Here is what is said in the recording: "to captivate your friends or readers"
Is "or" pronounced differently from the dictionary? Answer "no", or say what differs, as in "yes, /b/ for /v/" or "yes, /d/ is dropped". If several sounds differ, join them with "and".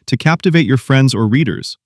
no